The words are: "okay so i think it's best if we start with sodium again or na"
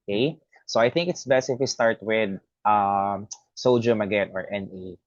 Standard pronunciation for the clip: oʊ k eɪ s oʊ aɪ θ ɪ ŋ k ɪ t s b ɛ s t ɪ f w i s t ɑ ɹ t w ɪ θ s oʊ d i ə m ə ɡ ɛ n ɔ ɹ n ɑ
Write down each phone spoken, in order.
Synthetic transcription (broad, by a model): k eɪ s oʊ aɪ θ ɪ ŋ k ɪ t s b ɛ s t ɪ f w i s t ɑ ɹ t w ɪ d s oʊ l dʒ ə m ə ɡ ɛ n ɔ ɹ n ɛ